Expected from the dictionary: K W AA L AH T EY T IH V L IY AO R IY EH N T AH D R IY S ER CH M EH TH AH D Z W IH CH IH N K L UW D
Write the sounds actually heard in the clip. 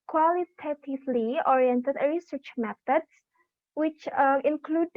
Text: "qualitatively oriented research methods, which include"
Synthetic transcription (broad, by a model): K W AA L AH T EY T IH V L IY AO R IY EH N T AH D R IY S ER CH M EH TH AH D S W IH CH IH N K L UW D